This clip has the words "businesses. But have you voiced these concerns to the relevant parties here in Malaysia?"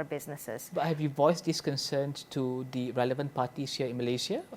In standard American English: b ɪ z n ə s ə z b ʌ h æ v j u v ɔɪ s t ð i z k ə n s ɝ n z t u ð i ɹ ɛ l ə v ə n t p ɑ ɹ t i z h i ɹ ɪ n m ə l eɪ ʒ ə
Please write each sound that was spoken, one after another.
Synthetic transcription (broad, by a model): b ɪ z n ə s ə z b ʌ h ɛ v j u v ɔɪ s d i s k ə n s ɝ n s t u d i ɹ ɛ l ə v ə n t p ɑ t i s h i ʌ ɪ n m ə l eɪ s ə